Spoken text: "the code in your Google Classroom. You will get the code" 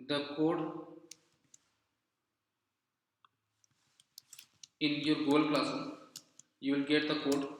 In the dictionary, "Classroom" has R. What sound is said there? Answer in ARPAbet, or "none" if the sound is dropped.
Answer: none